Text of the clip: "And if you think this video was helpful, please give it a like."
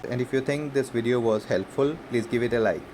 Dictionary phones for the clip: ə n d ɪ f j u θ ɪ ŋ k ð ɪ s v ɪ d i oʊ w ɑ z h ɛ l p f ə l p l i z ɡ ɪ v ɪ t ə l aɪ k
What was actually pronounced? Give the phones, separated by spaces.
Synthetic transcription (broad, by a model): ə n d ɪ f j u t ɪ ŋ k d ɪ s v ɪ d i oʊ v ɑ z h ɛ l p f ə l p l i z ɡ ɪ v ɪ t ə l aɪ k